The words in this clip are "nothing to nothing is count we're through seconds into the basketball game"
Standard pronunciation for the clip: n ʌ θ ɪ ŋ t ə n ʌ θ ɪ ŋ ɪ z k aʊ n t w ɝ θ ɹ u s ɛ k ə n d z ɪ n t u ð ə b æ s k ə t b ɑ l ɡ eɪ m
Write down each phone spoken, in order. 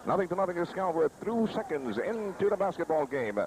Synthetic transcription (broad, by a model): n ʌ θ ɪ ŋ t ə n ʌ θ ɪ ŋ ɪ s k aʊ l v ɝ θ ɹ u s ɛ k ə n d z ɪ n t u ð ə b æ s k ə t b ɑ l ɡ eɪ m